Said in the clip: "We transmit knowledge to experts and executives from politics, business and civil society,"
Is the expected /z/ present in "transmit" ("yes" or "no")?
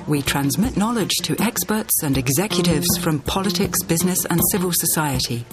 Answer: yes